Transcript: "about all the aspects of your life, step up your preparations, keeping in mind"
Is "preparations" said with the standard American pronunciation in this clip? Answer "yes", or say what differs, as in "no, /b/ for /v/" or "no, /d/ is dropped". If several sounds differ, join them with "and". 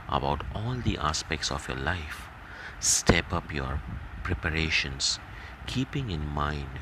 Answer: no, /s/ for /z/